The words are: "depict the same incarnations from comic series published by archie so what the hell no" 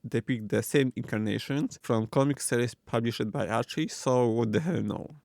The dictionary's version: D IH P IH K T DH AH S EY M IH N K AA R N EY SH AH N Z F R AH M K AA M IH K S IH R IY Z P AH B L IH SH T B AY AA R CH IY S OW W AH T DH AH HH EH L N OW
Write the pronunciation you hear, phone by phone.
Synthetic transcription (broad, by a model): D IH P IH K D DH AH S EY M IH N K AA R N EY SH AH N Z F R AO M K AA M IH K S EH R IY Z P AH B L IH SH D B AY AA R CH IY S OW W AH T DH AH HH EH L N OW